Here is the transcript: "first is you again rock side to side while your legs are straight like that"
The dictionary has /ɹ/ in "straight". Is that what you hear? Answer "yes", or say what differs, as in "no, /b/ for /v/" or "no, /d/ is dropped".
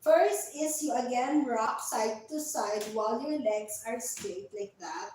no, /ɹ/ is dropped